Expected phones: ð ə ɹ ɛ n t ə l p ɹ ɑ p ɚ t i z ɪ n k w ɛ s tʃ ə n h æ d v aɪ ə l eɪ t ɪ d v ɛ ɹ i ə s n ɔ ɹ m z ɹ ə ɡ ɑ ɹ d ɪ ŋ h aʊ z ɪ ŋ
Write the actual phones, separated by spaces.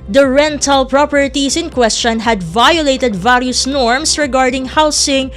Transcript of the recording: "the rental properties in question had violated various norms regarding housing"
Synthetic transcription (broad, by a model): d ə ɹ ɛ n t ə l p ɹ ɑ p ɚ t i s ɪ n k w ɛ s tʃ ə n h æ d v aɪ ə l eɪ t ɪ d v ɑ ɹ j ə s n ɔ ɹ m s ɹ ə ɡ ɑ ɹ d ɪ ŋ h aʊ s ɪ ŋ